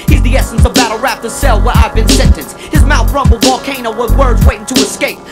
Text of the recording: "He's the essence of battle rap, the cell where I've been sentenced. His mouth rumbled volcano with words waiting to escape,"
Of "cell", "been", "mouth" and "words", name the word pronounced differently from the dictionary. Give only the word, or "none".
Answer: none